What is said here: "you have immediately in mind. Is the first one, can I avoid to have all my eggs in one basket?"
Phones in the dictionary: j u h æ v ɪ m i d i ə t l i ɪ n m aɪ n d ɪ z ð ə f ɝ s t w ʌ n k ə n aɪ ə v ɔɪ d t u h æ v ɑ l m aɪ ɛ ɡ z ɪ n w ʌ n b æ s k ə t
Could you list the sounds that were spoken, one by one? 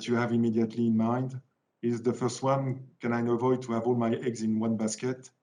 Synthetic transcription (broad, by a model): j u h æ v ɪ m i d i ə t l i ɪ n m aɪ n d ɪ z ð ə f ɝ s t w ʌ n k ə n aɪ ə v ɔɪ d t u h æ v ɑ l m aɪ ɛ ɡ z ɪ n w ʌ n b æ s k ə t